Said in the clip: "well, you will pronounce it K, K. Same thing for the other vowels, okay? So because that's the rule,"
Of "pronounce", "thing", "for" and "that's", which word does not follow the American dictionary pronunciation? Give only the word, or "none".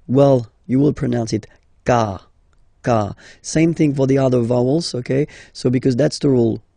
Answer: none